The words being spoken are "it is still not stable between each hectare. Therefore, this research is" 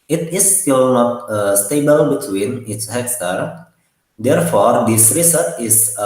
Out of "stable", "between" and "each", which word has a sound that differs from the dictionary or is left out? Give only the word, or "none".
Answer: each